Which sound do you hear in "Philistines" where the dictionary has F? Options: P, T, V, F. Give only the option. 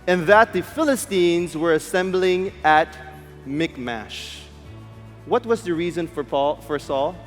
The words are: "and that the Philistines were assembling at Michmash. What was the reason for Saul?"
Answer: F